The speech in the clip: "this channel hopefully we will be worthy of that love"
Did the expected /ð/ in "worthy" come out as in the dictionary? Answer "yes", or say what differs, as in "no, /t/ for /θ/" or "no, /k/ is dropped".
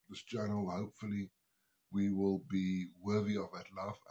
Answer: yes